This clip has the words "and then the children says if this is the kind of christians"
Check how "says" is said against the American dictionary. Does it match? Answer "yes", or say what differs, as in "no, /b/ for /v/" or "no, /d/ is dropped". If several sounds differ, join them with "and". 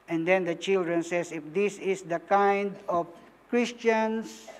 no, /s/ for /z/